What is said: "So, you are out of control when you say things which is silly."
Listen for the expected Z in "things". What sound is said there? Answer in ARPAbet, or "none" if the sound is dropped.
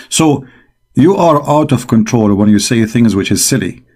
Z